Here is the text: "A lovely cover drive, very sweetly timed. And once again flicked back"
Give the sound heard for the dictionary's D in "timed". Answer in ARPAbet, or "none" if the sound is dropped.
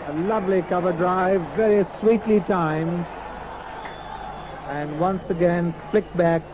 none